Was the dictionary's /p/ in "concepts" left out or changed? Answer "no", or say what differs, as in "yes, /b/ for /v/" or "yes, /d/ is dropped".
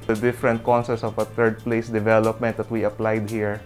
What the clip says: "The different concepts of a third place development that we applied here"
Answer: yes, /p/ is dropped